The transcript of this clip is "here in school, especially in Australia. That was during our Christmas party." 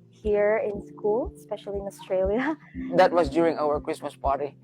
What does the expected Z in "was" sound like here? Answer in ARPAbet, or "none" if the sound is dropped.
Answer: S